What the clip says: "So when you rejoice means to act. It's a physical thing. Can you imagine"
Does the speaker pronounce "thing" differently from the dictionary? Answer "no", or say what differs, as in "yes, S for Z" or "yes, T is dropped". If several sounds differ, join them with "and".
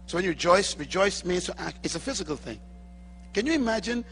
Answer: no